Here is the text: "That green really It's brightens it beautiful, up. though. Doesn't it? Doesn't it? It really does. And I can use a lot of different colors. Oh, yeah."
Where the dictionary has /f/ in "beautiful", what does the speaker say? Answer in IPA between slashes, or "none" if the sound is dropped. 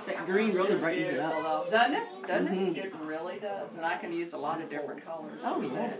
none